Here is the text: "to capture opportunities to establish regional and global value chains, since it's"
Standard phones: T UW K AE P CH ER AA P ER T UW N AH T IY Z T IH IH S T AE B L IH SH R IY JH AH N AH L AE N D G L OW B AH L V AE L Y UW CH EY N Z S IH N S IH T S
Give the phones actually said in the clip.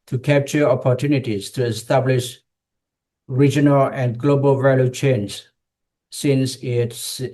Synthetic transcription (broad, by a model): T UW K AE P CH ER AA P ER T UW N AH T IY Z T IH IH S T AE B L IH SH R IY JH AH N AH L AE N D G L OW B AH L V AE L Y UW CH EY N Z S IH N S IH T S